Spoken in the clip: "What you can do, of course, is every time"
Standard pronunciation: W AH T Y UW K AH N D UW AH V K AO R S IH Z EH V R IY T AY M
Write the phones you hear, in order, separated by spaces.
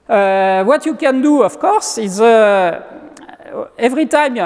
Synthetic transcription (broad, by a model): W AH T Y UW K AH N D UW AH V K AO R S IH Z EH V R IY T AY M